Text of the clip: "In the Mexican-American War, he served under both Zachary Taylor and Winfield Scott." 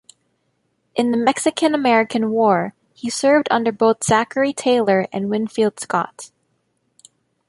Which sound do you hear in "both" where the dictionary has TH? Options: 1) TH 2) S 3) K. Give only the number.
1